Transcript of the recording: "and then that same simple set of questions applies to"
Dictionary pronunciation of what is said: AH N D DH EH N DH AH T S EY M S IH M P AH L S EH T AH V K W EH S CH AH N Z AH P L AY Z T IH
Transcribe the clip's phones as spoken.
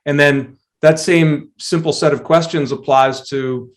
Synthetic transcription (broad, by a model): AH N DH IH N DH AH T S EY M S IH M P L S EH T AH V K W EH S CH AH N Z AH P L AY Z T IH